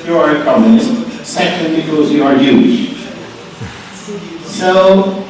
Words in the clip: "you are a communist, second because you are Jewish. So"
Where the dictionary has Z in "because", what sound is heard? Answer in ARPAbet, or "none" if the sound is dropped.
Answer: Z